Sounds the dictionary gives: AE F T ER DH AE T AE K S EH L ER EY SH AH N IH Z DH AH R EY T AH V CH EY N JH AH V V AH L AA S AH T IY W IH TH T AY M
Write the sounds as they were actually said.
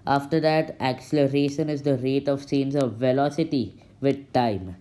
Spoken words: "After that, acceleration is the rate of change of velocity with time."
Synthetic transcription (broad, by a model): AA F T ER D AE T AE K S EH L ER EY SH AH N IH Z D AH R EY T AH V S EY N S AH V V AH L AA S AH T IY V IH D T AY M